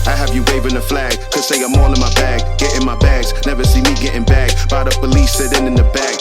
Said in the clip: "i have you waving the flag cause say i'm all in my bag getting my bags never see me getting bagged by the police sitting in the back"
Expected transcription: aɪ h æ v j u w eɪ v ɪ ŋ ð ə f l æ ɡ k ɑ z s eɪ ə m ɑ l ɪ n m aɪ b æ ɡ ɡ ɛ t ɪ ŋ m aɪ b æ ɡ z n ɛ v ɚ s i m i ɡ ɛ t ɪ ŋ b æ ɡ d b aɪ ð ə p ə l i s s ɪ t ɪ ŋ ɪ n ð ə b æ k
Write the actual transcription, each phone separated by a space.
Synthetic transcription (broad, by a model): aɪ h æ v j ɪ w eɪ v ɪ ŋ ð ə f l æ ɡ k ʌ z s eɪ ə m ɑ n ɪ n m aɪ b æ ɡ ɡ ɛ t ɪ ŋ m aɪ b æ ɡ z n ɛ v ɚ s i m i ɡ ɛ t ɪ ŋ b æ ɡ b aɪ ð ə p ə l i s s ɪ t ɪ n ɪ n ð ə b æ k